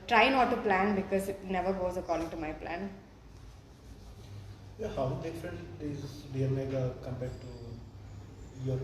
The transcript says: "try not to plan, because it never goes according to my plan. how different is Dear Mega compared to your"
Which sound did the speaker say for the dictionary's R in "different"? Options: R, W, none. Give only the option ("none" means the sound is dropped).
none